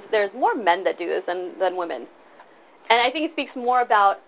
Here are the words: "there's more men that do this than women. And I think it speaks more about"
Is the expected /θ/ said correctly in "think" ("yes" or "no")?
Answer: yes